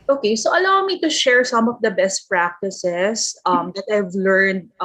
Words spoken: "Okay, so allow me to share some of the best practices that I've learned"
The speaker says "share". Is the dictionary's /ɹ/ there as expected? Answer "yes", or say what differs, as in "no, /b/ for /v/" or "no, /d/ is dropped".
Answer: yes